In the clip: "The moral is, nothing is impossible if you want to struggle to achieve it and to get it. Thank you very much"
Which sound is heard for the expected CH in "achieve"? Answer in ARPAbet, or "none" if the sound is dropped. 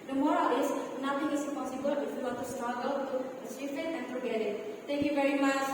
S